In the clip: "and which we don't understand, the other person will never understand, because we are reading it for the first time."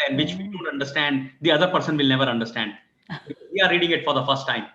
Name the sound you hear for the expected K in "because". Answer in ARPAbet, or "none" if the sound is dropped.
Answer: none